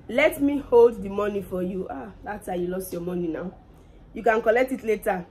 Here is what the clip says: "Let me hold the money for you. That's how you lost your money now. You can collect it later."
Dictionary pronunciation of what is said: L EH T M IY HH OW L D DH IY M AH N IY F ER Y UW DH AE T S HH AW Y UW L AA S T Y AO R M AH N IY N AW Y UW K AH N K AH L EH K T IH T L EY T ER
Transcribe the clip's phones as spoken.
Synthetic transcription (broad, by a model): L EH T M IY HH OW L D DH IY M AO N IY F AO Y UW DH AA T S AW Y UW L AA S T Y AO M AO N IY N AW Y UW K AH N K AH L EH K T IH T L EY T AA